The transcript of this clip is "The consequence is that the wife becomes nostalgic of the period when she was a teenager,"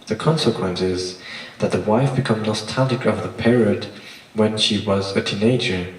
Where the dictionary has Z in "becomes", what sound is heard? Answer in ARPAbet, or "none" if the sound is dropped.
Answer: none